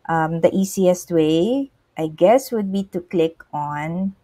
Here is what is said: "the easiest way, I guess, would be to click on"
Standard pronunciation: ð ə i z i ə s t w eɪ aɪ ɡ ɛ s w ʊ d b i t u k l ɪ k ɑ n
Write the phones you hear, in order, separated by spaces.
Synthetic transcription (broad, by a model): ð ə i s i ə s t w eɪ aɪ ɡ ɛ s w ʊ d b i t u k l ɪ k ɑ n